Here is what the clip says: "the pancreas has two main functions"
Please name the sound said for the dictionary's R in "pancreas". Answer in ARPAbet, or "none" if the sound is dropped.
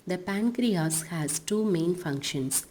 R